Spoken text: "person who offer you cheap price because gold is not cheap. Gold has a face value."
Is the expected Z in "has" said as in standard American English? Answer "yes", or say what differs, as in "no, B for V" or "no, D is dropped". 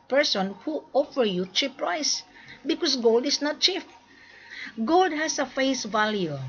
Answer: no, S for Z